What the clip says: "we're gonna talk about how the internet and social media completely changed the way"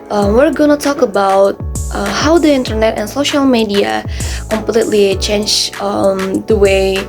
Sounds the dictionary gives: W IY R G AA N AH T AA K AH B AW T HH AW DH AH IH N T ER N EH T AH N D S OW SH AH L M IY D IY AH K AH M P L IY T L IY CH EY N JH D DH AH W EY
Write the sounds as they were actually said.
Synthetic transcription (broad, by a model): W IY R G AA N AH T AA K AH B AW T HH AW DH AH IH N T ER N EH T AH N S OW SH AH L M IY D IY AH K AH M P L IY T L IY CH EY N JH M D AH W EY